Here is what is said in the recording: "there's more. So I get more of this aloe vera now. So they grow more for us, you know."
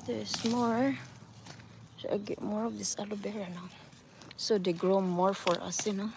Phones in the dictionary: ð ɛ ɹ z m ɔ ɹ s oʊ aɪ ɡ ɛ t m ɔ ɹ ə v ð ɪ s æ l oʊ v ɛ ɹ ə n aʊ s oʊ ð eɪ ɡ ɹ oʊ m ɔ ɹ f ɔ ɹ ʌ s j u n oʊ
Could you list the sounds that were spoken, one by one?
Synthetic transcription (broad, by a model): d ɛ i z m ɔ ɹ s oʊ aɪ ɡ ɛ t m ɔ ɹ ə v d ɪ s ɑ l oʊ b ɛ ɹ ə n aʊ s oʊ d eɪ ɡ ɹ oʊ m ɔ ɹ f ɔ ɹ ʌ s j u n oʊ